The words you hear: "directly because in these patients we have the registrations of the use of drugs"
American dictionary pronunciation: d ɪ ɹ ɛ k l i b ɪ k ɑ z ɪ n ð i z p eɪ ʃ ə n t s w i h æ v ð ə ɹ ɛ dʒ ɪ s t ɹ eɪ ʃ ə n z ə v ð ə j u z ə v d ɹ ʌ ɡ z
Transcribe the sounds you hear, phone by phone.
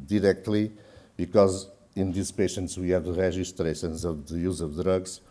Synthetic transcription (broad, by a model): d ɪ ɹ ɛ k l i b ɪ k ɑ z ɪ n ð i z p eɪ ʃ ə n t s w i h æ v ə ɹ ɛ ʒ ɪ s t ɹ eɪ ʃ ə n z ə v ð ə j u z ə v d ɹ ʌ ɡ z